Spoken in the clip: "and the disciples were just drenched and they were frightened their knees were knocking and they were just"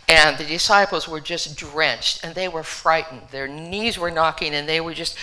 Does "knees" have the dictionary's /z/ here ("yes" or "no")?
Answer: yes